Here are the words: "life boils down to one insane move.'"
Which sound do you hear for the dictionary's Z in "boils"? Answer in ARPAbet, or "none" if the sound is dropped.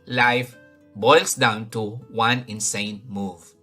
S